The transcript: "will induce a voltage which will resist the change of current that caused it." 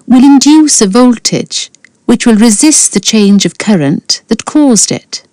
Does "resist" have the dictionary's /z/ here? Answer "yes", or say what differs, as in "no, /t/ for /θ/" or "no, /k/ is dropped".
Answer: yes